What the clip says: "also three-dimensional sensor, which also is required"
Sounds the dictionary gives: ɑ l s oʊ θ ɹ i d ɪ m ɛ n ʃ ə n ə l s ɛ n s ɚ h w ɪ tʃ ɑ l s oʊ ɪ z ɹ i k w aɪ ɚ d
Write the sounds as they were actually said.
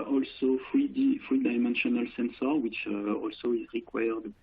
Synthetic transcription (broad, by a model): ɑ l s oʊ f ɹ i d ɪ m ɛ n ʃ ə n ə l s ɛ n s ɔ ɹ w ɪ tʃ ɑ l s oʊ ɪ z ɹ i k w aɪ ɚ d